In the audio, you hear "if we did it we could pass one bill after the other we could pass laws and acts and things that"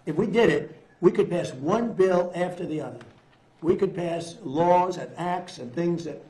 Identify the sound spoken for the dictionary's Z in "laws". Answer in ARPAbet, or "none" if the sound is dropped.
Z